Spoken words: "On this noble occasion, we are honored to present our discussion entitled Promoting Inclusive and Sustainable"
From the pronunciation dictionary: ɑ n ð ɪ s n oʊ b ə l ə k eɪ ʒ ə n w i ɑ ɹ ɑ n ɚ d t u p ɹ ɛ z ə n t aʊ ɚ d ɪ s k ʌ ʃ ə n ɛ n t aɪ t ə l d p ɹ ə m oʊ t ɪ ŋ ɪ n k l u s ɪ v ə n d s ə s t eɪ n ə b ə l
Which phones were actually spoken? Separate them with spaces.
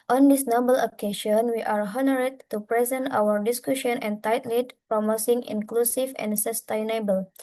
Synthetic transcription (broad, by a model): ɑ n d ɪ s n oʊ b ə l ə k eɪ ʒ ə n w i ɑ ɹ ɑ n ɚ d t u p ɹ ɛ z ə n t aʊ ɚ d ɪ s k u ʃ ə n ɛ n t aɪ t l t p ɹ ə m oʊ s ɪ ŋ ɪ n k l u s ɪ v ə n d s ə s t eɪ n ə b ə l